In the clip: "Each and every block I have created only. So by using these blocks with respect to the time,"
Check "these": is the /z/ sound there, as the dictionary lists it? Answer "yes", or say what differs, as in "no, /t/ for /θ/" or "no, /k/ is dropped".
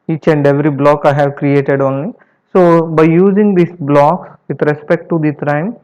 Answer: no, /s/ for /z/